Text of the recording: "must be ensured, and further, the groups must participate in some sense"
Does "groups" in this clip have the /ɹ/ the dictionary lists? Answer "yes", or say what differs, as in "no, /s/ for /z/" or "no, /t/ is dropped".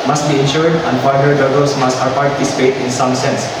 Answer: no, /ɹ/ is dropped